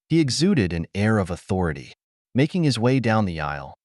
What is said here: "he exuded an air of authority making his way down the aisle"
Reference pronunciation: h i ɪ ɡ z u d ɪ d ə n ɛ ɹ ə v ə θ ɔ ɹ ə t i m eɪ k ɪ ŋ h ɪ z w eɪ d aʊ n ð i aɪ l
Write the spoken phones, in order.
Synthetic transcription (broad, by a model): h i ɪ ɡ z u d ɪ d ə n ɛ ɹ ə v ə θ ɔ ɹ ə t i m eɪ k ɪ ŋ ɪ z w eɪ d aʊ n ð i aɪ l